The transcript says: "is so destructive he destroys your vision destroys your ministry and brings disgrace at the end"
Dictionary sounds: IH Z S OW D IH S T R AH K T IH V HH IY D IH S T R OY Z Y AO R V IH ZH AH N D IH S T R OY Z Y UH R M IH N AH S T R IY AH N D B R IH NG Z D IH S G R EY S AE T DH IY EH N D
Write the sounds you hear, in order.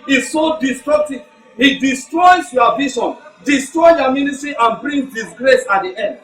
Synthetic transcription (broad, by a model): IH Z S OW D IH S T R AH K T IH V HH IY D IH S T R OY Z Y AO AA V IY SH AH N D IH S T R OY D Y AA M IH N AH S T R IY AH N B R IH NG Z D IH S G R EY S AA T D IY EH N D